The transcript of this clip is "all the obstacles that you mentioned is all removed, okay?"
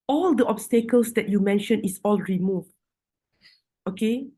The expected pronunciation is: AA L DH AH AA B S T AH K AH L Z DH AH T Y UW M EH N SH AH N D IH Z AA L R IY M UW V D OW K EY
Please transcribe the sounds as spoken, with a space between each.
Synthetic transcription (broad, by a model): AA L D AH AA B S T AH K AH L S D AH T Y UW M EH N SH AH N IH S AA L R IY M UW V OW K EY